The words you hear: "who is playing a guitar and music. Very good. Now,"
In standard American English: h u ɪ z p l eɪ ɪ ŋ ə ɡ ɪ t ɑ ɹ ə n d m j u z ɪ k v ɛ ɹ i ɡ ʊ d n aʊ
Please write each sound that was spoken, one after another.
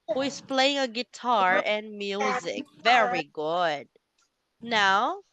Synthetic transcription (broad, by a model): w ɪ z p l eɪ ɪ ŋ ə ɡ ɪ t ɑ ɹ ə n m j u z ɪ k v ɛ ɹ i ɡ ʊ d n aʊ